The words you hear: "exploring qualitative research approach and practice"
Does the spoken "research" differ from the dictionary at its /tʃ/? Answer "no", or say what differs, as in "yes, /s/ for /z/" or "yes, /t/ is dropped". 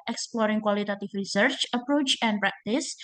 no